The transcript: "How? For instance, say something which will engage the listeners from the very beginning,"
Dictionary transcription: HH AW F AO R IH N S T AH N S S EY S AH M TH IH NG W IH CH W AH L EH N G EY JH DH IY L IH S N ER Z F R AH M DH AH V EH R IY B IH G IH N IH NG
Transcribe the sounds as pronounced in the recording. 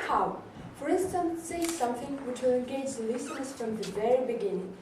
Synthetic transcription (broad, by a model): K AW F AO R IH N S T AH N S S EY S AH M T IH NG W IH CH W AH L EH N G EY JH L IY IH S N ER S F R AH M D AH V EH R IY B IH G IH N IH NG